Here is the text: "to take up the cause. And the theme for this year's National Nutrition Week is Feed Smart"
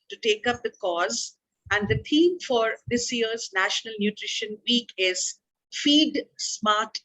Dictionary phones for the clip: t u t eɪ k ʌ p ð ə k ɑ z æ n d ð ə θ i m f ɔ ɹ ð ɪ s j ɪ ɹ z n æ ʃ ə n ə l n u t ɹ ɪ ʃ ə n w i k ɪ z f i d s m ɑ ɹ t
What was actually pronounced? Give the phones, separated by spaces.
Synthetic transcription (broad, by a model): t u t eɪ k ʌ p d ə k ɑ z æ n d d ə t i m f ɔ ɹ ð ɪ s j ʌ ɹ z n æ ʃ ə n ə l n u t ɹ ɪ ʃ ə n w i k ɪ z f i d s m ɑ ɹ t